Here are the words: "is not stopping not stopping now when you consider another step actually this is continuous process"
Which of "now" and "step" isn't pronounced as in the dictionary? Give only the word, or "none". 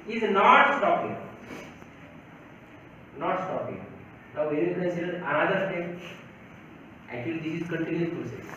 step